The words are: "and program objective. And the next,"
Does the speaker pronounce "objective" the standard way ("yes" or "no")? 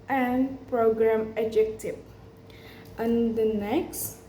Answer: no